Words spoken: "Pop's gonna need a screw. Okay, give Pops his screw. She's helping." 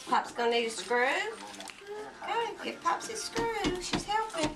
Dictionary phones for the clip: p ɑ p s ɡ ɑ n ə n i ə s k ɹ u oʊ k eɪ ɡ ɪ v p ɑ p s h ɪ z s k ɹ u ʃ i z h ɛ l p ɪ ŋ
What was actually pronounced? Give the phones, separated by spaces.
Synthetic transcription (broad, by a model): p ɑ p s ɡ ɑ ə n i ə s k ɹ u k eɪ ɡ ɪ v p ɑ p s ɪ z s k ɹ u ʃ i z h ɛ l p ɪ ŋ